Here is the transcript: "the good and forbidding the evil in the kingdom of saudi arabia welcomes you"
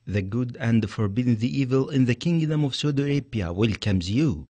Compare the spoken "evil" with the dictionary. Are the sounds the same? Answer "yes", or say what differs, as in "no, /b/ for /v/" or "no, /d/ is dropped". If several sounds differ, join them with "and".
yes